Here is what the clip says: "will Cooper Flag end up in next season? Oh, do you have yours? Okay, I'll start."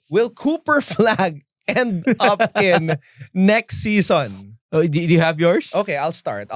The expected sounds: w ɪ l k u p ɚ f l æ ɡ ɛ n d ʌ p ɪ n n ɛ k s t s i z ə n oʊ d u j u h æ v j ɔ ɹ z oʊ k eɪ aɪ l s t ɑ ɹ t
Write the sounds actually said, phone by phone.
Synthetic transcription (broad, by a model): w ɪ l k u p ɚ f l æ ɡ ɛ n d ʌ p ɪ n n ɛ k s t s i s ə n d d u j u h æ v j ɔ ɹ s oʊ k eɪ aɪ l s t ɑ ɹ t